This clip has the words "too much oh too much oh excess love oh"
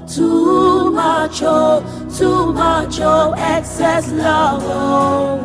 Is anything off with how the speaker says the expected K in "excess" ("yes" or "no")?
no